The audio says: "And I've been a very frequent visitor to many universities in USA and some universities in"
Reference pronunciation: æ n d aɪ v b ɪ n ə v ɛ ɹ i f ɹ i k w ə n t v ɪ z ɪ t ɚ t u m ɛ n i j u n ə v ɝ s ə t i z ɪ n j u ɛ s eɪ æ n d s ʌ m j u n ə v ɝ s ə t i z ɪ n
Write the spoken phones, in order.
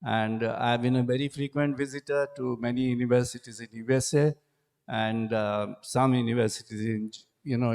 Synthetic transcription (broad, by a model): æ n d aɪ v b ɪ n ə v ɛ ɹ i f ɹ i k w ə n t v ɪ z ɪ t ɚ t u m ɛ n i j u n ə v ɝ s ə t i z ɪ n j u ɛ s eɪ æ n d s ʌ m j u n ə v ɝ s ə t i z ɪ n